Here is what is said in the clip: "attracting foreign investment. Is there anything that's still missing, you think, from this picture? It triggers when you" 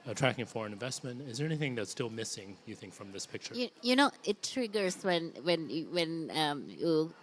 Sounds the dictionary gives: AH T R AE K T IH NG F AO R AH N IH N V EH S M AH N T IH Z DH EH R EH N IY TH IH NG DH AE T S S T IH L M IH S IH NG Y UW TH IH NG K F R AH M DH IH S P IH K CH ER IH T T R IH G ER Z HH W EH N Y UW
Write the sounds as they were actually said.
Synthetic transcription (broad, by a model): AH T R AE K IH NG F AO R AH N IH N V EH S M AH N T IH Z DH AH R EH N IY TH IH NG DH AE T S S T IH L M IH S IH NG Y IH TH IH NG K F R AH M DH IH S P IH K CH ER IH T T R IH G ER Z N W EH N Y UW